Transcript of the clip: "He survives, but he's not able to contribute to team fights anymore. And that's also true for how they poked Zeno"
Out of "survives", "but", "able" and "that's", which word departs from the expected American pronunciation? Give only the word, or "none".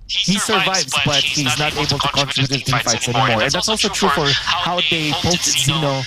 none